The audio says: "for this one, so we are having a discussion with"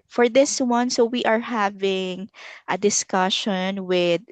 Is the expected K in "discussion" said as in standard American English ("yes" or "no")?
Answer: yes